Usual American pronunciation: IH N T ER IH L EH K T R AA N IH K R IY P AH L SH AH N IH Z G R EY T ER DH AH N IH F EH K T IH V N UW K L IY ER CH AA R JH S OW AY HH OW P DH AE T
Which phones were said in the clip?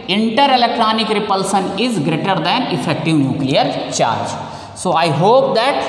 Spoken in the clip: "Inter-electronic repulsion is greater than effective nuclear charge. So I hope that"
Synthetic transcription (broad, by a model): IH N T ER IH L EH K T R AA N IH K R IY P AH L S AH N IH Z G R EY T ER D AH N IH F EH K T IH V N UW K L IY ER CH AA R JH S OW AY HH OW P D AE T